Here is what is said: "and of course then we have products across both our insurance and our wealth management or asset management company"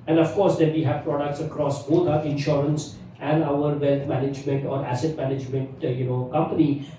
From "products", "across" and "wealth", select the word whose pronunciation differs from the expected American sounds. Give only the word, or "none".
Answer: wealth